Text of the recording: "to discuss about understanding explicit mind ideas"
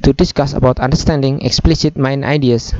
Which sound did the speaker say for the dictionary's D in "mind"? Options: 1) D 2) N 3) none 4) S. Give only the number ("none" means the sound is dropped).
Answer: 3